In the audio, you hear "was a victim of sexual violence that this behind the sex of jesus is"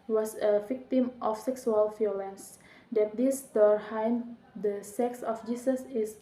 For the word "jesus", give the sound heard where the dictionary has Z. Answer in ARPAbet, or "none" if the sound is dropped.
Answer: S